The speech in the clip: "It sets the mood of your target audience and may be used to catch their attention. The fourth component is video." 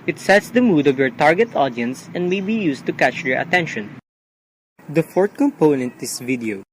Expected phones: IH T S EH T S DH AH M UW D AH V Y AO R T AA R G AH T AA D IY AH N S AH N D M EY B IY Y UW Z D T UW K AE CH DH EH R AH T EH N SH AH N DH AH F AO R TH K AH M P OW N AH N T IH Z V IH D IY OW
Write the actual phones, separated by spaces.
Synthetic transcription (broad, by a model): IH T S EH T S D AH M UW D AH V Y AO R T AA R G AH T AA D IY AH N S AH N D M EY B IY Y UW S T UW K AE CH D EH R AH T EH N SH AH N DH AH F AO R T K AH M P OW N AH N T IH S V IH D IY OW